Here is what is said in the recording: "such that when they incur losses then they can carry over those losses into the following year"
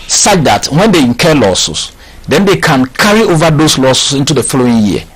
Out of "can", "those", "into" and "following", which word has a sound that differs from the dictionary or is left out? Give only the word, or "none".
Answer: those